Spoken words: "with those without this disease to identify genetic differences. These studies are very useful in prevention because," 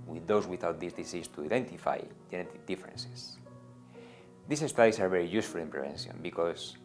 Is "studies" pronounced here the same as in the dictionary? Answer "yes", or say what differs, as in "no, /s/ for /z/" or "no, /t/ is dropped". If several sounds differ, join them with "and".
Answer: no, /s/ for /z/